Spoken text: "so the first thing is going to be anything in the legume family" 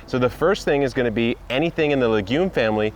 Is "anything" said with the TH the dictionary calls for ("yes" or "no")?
yes